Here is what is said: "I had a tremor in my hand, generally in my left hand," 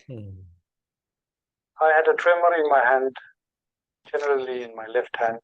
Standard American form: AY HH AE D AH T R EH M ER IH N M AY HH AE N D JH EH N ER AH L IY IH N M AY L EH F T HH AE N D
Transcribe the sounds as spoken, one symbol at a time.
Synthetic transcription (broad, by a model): AY HH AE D AH T R EH M ER IH N M AY HH AE N D JH EH N ER AH L IY IH N M AY L EH F T HH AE N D